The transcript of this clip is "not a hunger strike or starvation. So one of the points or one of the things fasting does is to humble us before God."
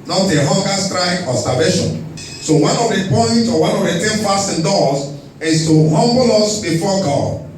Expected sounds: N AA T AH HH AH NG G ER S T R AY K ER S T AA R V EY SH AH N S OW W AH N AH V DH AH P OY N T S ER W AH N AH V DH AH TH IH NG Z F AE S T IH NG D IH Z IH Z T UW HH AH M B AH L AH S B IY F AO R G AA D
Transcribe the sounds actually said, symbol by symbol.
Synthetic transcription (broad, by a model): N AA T AH HH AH NG G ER S T R AY K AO S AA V EY SH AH N S OW W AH N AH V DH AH P OY N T AO W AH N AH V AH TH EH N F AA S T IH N D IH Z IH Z T UW HH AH M B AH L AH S B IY F AO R G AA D